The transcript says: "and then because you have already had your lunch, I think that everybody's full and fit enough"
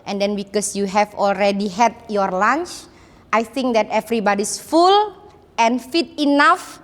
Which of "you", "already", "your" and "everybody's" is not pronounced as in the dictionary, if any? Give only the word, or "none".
everybody's